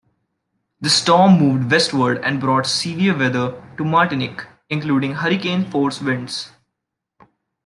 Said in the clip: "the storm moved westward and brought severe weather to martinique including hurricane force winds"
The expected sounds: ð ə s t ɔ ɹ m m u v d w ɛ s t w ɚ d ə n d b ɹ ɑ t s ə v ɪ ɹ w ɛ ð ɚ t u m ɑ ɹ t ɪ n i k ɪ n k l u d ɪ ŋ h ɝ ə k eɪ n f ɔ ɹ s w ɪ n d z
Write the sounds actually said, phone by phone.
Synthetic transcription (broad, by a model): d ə s t ɔ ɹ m m u v d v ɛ s t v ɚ d ə n d b ɹ ɑ t s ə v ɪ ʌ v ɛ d ɚ t u m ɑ ɹ t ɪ n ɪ k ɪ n k l u d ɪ ŋ h ɝ ə k eɪ n f ɔ ɹ s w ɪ n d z